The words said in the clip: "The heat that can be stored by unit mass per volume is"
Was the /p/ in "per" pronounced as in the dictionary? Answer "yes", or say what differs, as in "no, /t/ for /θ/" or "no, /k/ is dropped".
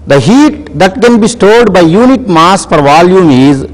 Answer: no, /f/ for /p/